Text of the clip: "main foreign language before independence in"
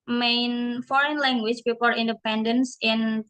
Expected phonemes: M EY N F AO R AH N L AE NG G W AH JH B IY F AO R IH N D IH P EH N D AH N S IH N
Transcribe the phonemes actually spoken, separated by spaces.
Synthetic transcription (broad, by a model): M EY N F AO R AH N L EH NG G W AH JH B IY P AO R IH N D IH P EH N D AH N S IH N